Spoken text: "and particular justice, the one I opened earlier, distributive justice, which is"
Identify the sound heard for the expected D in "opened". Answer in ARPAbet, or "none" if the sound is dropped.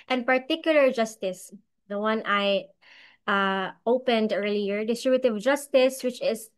D